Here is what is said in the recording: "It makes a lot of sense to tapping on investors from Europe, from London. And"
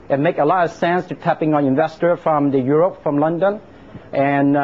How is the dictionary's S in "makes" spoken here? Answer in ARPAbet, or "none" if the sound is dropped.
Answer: none